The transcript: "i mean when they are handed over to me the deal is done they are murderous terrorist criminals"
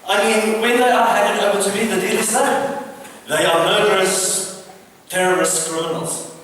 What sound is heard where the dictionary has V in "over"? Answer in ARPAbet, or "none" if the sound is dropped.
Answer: B